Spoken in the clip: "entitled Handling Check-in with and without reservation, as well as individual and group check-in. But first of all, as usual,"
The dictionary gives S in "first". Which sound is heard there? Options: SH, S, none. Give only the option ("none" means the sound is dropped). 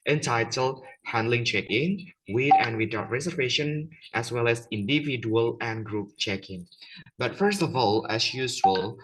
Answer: S